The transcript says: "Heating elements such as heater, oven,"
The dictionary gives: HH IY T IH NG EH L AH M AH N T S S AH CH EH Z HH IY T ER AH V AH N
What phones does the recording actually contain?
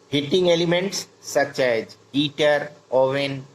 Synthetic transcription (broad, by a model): HH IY T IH NG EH L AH M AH N T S S AH CH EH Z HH IY T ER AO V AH N